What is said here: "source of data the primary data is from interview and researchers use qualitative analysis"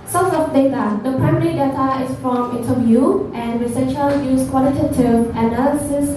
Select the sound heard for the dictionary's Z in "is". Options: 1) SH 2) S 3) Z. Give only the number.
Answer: 2